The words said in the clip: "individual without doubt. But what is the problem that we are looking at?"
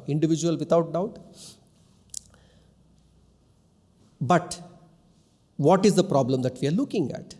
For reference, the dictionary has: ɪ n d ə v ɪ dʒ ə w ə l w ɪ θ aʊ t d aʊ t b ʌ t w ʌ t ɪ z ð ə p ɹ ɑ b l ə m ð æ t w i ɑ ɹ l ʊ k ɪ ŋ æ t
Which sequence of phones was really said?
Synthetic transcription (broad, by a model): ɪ n d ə v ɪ dʒ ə ə l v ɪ t aʊ t d aʊ t b ʌ t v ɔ t ɪ z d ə p ɹ ɑ b l ə m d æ t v i ɑ ɹ l ʊ k ɪ ŋ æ t